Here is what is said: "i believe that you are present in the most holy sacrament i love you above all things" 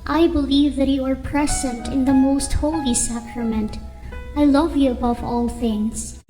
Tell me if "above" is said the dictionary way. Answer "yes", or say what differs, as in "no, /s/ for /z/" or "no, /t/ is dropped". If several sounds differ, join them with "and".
yes